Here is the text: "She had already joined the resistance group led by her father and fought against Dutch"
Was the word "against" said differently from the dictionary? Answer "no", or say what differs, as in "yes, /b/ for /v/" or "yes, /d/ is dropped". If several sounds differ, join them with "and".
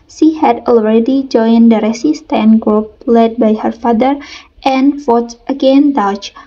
yes, /s/ is dropped